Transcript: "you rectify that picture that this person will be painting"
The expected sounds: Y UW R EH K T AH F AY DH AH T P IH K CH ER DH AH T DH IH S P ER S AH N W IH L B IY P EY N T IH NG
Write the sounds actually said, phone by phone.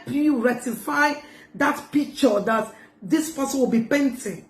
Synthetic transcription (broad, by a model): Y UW R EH T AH F AY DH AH T P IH K CH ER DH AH T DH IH S P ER S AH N W IH L B IY P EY N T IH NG